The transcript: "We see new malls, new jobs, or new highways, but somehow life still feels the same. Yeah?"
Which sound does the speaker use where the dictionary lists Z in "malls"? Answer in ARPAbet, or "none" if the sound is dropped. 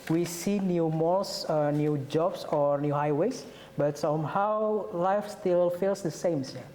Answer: S